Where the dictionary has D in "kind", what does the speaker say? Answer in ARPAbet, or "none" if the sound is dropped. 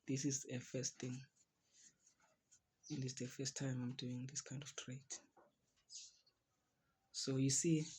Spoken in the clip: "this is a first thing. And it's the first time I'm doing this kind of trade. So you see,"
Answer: D